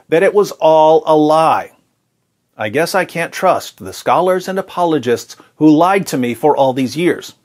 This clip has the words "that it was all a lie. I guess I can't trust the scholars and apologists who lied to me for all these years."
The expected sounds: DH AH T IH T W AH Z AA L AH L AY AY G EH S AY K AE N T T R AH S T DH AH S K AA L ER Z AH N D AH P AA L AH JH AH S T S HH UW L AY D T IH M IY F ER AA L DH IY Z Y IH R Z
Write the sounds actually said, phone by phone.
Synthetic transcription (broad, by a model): DH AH T IH T W AH Z AA L AH L AY AY G EH S AY K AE N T T R AH S T DH AH S K AA L ER Z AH N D AH P AA L AH JH AH S T S HH UW L AY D T IH M IY F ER AA L DH IY Z Y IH R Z